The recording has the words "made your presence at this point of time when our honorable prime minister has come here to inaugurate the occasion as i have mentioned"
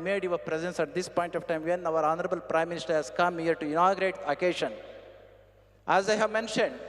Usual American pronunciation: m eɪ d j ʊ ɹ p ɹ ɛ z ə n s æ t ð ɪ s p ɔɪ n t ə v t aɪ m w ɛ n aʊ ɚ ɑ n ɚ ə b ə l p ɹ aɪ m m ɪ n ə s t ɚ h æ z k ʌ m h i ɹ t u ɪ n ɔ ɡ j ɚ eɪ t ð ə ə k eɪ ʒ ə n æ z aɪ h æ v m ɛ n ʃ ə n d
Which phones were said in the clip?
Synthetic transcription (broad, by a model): m eɪ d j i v p ɹ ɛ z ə n s æ t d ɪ s p ɔɪ n t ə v t aɪ m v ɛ n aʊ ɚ ɑ n ɚ ə b ə l p ɹ aɪ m m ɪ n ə s t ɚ h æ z k ʌ m h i ɹ t u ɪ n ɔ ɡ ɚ eɪ t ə k eɪ ʃ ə n æ z aɪ h æ v m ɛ n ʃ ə n d